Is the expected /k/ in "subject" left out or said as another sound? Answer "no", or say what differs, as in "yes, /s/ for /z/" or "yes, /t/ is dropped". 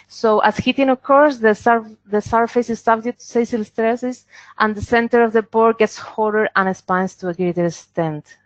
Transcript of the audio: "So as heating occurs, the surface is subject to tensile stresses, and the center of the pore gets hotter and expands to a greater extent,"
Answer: yes, /k/ is dropped